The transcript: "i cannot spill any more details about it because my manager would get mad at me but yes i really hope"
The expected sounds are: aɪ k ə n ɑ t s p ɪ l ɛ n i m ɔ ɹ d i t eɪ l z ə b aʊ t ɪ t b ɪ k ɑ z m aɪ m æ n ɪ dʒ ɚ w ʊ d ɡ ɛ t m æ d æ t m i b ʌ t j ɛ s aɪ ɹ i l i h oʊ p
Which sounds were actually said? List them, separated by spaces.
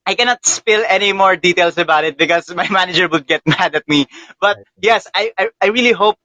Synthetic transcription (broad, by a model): aɪ k ə n ɑ t s p ɪ l ɛ n i m ɔ ɹ d i t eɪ l s ə b aʊ t ɪ t b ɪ k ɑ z m aɪ m æ n ɪ dʒ ɚ w ʊ d ɡ ɛ t m æ d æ t m i b ʌ t j ɛ s aɪ ɹ i l i h oʊ p